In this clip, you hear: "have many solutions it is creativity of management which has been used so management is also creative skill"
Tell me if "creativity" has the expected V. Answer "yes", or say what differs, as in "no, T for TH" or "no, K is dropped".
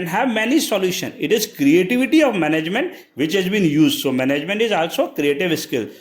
yes